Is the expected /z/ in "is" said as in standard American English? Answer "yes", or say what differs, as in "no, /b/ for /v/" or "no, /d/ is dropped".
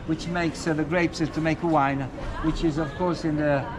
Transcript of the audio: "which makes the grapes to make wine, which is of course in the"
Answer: yes